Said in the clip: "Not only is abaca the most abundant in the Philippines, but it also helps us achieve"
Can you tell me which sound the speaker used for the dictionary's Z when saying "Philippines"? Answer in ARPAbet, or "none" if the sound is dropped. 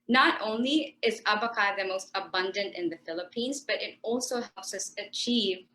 Z